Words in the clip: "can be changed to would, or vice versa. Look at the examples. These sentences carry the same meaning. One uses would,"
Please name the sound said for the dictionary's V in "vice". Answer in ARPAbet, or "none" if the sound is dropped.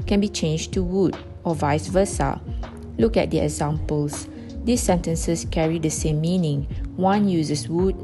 V